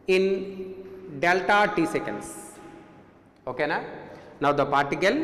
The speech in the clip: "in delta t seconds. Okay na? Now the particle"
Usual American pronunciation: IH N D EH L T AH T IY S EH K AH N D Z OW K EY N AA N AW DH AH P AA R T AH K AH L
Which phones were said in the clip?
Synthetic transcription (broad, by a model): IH N D EH L T AH T IY S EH K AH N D S OW K EY N AA N AW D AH P AA R T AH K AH L